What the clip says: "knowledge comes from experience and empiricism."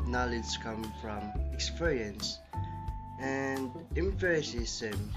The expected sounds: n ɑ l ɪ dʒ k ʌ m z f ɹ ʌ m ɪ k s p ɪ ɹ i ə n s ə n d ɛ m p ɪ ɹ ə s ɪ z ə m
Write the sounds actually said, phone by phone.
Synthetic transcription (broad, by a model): n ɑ l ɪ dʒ k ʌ m f ɹ ʌ m ɪ k s p ɪ ɹ i ə n s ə n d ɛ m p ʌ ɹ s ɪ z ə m